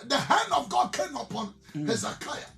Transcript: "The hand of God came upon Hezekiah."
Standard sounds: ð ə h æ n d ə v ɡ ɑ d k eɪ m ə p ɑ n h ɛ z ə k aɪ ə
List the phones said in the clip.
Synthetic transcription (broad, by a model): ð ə h æ n d ə v ɡ ɑ d k eɪ m ə p ɑ n h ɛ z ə k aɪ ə